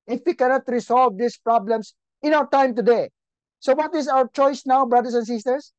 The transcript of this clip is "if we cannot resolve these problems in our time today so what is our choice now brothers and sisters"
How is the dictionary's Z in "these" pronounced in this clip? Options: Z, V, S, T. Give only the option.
S